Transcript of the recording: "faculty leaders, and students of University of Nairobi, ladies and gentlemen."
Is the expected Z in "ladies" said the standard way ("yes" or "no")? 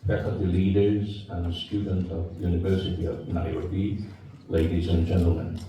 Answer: yes